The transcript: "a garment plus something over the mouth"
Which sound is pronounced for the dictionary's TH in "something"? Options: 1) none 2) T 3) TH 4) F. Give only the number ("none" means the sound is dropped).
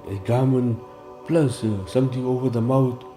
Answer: 2